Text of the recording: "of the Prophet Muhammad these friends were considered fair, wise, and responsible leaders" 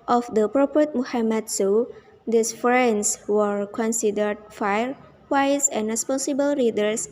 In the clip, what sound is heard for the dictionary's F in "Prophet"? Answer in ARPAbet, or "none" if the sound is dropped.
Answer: P